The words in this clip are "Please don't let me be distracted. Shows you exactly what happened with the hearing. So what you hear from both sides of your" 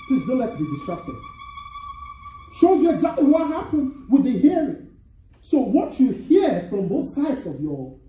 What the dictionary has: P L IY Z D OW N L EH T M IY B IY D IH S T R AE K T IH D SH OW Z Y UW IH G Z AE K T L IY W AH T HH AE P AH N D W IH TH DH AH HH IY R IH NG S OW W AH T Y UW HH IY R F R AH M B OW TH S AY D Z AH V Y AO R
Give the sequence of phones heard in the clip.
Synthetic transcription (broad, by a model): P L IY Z D OW N L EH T B IY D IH S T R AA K T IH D SH OW Z Y UW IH G Z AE K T L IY W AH T HH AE P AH N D W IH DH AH HH IY R IH NG S OW W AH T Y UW HH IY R F R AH M B OW TH S AY D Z AH V Y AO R